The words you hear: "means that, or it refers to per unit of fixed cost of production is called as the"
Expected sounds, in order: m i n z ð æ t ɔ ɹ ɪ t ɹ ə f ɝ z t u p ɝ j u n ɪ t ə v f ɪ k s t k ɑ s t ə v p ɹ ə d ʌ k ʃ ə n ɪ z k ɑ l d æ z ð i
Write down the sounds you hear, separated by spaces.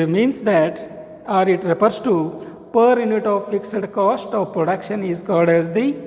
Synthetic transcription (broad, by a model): m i n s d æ t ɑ ɹ ɪ t ɹ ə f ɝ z t u p ɝ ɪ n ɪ t ə v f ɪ k s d k ɑ s t ə v p ɹ ə d ʌ k ʃ ə n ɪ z k ɑ l d æ z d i